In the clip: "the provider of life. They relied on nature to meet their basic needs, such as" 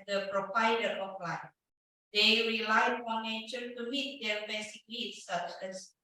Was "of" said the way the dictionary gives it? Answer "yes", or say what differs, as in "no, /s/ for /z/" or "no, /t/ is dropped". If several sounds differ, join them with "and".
no, /p/ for /v/